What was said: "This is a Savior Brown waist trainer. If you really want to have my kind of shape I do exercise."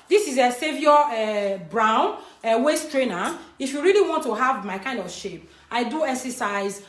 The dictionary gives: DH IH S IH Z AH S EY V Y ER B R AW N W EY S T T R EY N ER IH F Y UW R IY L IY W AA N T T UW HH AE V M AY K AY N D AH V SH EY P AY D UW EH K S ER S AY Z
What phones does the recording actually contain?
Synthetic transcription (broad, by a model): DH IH S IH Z AH S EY V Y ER B R AW N W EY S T T R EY N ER IH F Y UW R IY L IY W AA N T T UW HH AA V M AY K AY N D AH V SH EY P AY D UW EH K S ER S AY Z